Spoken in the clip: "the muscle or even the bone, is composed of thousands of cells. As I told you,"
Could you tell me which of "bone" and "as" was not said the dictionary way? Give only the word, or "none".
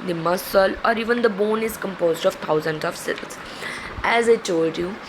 none